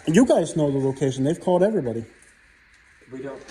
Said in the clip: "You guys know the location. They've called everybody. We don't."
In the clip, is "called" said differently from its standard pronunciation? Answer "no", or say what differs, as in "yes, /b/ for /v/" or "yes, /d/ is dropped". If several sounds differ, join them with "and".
no